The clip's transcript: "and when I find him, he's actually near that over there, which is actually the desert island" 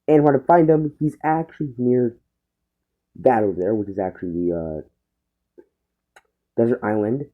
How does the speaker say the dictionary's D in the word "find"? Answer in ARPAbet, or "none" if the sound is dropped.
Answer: D